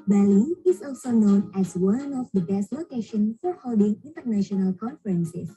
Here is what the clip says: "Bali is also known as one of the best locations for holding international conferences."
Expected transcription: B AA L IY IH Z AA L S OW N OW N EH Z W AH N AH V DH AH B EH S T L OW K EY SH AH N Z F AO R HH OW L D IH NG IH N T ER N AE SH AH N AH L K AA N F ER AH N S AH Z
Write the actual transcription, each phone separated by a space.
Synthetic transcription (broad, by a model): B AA L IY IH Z AA L S OW N OW N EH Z W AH N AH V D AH B EH S T L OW K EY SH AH N F AO R HH OW L D IH NG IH N T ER N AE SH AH N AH L K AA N F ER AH N S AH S